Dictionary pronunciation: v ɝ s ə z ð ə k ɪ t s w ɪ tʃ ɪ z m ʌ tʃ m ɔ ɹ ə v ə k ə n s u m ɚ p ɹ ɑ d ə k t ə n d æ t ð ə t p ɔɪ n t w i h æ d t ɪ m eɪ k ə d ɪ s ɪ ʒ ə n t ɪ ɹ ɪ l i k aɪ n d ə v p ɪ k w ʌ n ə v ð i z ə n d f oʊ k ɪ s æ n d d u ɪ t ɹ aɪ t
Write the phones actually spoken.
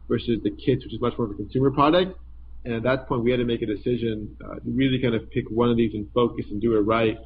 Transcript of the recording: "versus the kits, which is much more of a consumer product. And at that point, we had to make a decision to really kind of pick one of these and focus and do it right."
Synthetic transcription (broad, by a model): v ɝ s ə z ð ə k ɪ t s w ɪ tʃ ɪ z m ʌ tʃ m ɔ ɹ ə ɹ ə k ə n s u m ɚ p ɹ ɑ d ə k t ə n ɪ t ð ə t p ɔɪ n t w i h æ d t ɪ m eɪ k ə d ɪ s ɪ ʒ ə n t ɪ ɹ ɪ l i k aɪ n d ə v p ɪ k w ʌ n ə v ð i z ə n f oʊ k ɪ s n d d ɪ ɪ t ɹ aɪ t